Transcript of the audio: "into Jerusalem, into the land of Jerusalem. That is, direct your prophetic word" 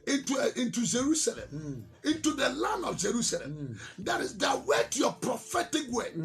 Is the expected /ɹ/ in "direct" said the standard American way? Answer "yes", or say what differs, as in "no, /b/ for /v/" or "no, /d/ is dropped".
no, /w/ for /ɹ/